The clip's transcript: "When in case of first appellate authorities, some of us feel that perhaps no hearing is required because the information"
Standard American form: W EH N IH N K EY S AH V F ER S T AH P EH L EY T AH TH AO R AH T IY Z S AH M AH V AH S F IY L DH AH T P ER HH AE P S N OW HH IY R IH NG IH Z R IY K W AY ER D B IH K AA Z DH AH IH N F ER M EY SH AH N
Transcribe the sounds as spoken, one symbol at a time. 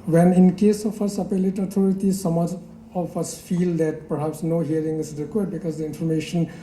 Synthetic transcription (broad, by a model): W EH N IH N K EY S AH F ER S AH P EH L EY T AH T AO R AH T IY S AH M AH F AH S F IY L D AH T P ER HH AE P S N OW HH IY R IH NG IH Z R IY K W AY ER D B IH K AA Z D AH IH N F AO M EY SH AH N